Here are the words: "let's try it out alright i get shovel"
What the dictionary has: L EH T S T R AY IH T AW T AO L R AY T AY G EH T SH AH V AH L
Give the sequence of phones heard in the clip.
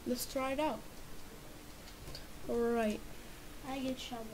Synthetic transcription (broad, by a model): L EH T S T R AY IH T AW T AO L R AY T AY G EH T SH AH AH